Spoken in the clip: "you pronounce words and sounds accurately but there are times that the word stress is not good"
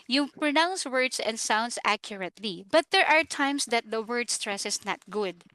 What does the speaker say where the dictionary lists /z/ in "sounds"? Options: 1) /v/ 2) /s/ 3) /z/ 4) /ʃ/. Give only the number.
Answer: 2